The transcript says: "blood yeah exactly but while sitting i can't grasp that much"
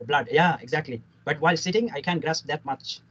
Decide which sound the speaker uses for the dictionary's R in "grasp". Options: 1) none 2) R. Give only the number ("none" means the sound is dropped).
2